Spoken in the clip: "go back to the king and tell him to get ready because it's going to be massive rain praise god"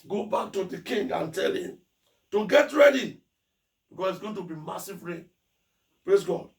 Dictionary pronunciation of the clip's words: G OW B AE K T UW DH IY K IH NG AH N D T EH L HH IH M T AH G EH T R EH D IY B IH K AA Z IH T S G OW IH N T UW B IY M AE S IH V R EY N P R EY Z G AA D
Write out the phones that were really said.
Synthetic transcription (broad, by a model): G OW B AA K T UW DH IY K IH NG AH N T EH L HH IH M T AH G EH T R EH D IY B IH K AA S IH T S G OW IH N T UW B IY M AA S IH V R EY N P R EY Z G AA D